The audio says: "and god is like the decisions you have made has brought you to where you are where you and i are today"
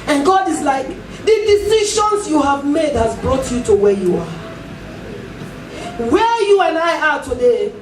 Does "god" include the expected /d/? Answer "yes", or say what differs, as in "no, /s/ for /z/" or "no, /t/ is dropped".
yes